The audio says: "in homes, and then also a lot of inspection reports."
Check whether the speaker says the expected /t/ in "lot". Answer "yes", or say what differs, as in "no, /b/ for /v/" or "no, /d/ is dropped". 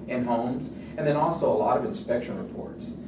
yes